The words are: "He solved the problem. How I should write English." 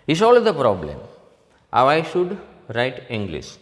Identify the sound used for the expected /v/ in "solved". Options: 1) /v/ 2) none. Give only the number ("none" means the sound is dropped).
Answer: 2